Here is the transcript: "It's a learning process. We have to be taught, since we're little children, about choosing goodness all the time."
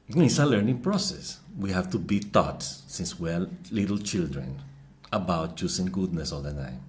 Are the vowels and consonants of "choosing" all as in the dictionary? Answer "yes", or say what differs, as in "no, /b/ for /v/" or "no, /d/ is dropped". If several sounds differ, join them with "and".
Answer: no, /s/ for /z/